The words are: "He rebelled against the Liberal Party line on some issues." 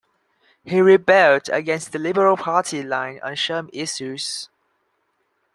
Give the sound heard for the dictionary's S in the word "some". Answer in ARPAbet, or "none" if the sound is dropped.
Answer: SH